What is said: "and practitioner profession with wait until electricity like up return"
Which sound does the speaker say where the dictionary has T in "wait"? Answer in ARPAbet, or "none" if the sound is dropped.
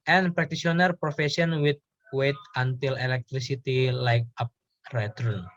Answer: T